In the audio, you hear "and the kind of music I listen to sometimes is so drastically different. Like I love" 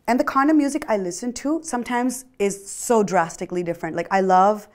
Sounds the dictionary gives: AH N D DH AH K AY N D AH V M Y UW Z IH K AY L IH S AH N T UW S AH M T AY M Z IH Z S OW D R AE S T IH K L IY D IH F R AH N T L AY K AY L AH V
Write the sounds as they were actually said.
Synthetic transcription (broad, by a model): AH N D DH AH K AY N AH M Y UW Z IH K AY L IH S AH N T UW S AH M T AY M Z IH Z S OW D R AE S T IH K L IY D IH F R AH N T L AY K AY L AH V